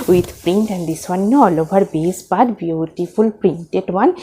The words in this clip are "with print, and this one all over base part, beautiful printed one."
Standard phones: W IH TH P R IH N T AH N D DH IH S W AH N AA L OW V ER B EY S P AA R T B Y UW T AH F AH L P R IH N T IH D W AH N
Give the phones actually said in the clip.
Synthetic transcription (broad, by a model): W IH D P R IH N T AH N D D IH S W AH N AA L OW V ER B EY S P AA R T B Y UW T AH F AH L P R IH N T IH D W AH N